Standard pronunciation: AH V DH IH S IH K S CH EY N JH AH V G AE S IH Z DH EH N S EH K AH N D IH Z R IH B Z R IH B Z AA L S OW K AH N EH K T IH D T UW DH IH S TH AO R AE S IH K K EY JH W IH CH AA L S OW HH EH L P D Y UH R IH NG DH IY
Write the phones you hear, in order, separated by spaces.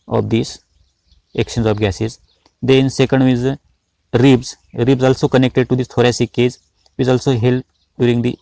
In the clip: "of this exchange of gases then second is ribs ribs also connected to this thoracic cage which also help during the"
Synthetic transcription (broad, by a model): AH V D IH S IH K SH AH N Z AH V G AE S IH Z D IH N S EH K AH N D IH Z R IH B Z R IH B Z AA L S OW K AH N EH K T IH D T UW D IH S T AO R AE S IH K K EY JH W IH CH AA L S OW HH EH L P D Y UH R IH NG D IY